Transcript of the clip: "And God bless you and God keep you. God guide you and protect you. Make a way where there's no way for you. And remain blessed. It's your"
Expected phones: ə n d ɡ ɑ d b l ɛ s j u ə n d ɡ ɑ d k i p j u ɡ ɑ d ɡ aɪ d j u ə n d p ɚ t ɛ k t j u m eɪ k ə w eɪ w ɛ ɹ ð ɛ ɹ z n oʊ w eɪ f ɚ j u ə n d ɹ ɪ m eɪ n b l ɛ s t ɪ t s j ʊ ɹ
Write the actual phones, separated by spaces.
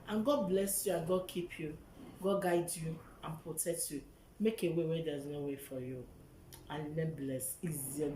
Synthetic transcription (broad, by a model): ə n ɡ ɑ d b l ɛ s j u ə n ɡ ɑ d k i p j u ɡ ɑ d ɡ aɪ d j u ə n p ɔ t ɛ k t j u m eɪ k ə w eɪ w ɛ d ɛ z n oʊ w eɪ f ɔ j u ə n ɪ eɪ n b l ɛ s ɪ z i